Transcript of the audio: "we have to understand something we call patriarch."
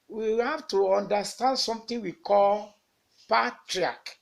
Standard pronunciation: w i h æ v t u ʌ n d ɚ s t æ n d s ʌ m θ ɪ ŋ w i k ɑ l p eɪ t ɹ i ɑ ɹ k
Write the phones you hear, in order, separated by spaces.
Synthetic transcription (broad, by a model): w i h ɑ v t u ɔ n d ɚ s t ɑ n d s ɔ m t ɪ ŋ w i k ɑ l p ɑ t ɹ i ɑ k